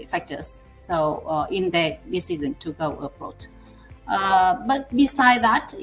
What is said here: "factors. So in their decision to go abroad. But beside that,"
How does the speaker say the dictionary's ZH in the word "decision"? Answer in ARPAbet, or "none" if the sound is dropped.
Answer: Z